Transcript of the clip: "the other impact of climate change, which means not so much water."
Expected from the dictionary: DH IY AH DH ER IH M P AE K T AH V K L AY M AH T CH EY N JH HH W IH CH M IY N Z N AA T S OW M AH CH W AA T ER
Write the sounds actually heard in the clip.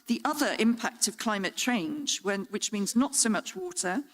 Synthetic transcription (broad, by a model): DH IY AH DH ER IH M P AE K T AH V K L AY M AH T CH EY N JH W W IH CH M IY N Z N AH T S OW M AH CH W AA T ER